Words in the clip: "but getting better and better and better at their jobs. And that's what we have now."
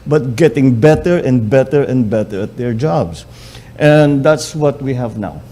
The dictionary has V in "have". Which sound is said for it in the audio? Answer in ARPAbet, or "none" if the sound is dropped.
V